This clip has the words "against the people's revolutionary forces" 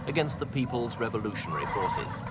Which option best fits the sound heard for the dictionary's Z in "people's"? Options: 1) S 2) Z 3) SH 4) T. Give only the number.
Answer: 2